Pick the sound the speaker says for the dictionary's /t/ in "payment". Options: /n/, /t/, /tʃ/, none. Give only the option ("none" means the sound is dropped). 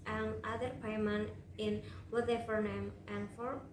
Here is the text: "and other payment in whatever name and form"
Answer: none